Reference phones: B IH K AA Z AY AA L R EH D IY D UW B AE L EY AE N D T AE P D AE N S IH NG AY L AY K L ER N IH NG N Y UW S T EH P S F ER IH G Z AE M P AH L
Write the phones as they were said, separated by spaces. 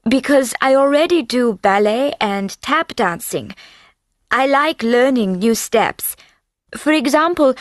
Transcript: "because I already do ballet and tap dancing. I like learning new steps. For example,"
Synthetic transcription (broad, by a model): B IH K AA Z AY AA L R EH D IY D UW B AE L EY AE N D T AE P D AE N S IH NG AY L AY K L ER N IH NG N Y UW S T EH P S F ER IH G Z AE M P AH L